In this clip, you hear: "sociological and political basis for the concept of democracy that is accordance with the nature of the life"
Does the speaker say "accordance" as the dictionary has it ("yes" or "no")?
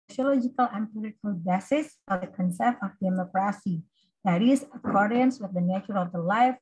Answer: yes